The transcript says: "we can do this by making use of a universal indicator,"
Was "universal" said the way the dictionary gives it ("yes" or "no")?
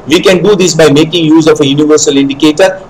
yes